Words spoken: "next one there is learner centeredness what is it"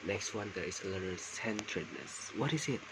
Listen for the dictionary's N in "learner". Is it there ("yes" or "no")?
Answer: no